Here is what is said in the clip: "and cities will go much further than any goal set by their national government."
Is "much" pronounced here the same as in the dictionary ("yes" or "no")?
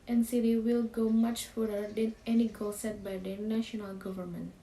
yes